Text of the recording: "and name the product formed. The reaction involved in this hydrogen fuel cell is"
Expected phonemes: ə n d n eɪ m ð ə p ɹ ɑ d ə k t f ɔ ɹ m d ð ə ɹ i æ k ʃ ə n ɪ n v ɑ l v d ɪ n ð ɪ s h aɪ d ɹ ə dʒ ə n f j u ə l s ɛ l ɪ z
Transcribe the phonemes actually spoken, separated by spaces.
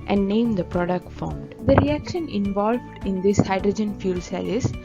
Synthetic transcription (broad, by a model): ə n d n eɪ m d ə p ɹ ɑ d ə k t f ɔ ɹ m d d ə ɹ i æ k ʃ ə n ɪ n v ɑ l v d ɪ n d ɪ s h aɪ d ɹ ə dʒ ə n f j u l s ɛ l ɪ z